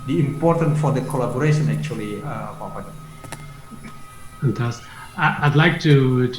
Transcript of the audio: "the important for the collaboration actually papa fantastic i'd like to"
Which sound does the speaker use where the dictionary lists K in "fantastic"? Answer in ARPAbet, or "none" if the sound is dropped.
none